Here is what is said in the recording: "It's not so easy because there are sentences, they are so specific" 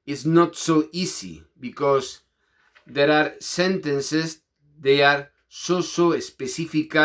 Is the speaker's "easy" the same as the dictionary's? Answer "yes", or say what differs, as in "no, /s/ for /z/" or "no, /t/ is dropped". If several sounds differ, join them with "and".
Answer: no, /s/ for /z/